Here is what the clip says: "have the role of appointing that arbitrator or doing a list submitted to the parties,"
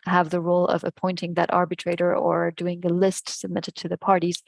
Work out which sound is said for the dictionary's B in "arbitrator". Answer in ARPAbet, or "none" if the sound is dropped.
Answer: B